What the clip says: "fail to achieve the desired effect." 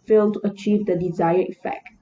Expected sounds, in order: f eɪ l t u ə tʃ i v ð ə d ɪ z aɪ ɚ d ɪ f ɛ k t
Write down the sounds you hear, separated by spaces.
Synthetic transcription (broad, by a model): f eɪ l t u ə tʃ i v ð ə d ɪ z aɪ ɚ ɪ f ɛ k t